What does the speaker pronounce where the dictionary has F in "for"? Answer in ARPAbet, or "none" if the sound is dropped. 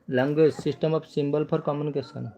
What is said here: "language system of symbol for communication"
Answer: P